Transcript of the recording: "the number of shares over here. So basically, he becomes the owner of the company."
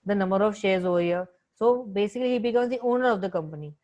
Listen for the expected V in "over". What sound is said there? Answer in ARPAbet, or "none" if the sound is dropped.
none